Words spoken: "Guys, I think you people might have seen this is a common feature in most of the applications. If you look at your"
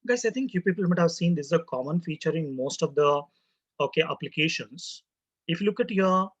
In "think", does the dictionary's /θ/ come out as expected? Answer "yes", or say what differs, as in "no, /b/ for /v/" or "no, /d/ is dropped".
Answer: no, /t/ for /θ/